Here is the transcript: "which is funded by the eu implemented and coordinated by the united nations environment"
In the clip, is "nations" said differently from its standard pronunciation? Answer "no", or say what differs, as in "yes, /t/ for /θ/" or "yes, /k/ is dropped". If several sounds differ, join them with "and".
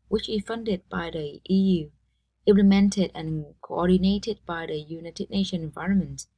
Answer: yes, /z/ is dropped